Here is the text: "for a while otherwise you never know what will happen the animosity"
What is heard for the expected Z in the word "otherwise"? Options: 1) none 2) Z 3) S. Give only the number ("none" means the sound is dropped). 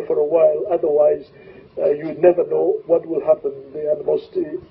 2